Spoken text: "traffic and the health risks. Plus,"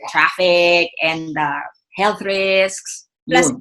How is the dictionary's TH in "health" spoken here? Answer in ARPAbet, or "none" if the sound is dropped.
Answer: TH